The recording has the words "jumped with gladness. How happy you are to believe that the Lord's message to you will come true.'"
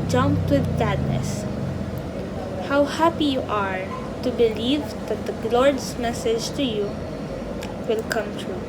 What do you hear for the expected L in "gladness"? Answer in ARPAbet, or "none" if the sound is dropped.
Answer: none